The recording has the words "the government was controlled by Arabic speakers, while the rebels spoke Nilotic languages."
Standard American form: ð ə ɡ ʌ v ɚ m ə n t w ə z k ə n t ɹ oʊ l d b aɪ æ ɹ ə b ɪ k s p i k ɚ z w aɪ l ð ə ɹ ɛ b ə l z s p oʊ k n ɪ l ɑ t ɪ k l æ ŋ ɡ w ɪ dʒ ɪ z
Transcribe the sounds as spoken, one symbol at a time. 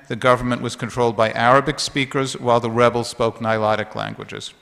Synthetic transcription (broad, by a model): ð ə ɡ ʌ v ɚ m ə n t w ə z k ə n t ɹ oʊ l d b aɪ æ ɹ ə b ɪ k s p i k ɚ z w aɪ l ð ə ɹ ɛ b l s p oʊ k n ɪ l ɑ t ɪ k l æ ŋ ɡ w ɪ dʒ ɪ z